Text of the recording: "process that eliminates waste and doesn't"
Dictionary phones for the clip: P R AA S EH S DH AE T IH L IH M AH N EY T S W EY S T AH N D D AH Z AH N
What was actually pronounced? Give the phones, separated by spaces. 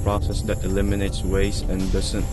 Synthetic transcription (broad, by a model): P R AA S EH S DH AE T IH L IH M AH N EY T S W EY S AH N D D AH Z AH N